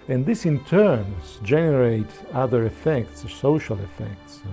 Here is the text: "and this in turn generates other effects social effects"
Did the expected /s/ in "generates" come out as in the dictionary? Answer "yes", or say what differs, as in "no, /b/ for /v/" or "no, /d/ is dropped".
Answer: no, /s/ is dropped